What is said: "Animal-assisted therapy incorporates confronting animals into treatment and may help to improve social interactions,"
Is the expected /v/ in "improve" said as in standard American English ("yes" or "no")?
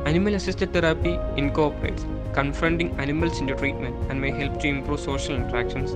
yes